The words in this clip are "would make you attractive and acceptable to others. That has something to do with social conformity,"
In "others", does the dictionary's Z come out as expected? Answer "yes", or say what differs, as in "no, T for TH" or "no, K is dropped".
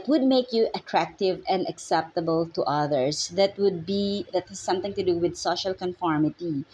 no, S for Z